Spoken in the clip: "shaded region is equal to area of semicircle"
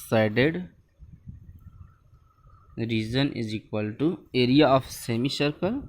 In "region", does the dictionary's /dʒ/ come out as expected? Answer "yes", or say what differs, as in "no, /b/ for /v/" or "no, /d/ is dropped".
no, /z/ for /dʒ/